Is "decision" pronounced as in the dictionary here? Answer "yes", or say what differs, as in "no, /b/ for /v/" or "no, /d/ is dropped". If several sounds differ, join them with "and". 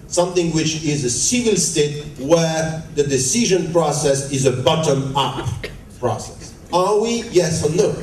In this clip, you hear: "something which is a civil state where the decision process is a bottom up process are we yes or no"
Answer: yes